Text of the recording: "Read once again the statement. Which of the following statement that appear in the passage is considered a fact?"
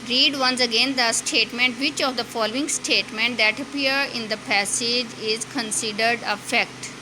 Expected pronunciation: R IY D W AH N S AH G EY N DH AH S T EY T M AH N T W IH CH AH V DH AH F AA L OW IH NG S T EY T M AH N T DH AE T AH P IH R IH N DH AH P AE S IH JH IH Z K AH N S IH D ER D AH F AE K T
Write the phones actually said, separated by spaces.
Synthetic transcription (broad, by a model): R IY D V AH N S AH G EY N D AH S T EY T M AH N T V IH CH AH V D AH F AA L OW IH NG S T EY T M AH N T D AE T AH P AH R IH N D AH P AE S IH JH IH Z K AH N S IH D ER D AH F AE K T